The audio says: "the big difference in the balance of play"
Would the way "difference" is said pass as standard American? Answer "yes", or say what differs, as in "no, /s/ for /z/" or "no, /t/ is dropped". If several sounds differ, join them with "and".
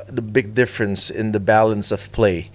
yes